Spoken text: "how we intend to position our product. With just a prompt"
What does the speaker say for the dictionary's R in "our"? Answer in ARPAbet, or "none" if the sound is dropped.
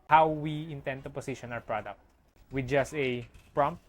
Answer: W